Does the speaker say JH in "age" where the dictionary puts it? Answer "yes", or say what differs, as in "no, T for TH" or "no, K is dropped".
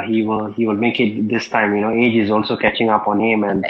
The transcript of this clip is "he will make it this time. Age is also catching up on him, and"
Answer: yes